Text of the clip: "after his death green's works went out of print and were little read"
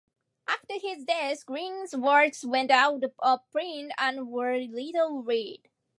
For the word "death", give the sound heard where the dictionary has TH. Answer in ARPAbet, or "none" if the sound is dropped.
S